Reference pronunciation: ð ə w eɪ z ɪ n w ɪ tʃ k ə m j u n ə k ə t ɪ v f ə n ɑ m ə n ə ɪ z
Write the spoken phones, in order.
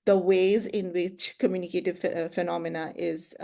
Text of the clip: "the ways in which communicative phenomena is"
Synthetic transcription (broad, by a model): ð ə w eɪ z ɪ n w ɪ tʃ k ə m j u n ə k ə t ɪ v f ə n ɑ m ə n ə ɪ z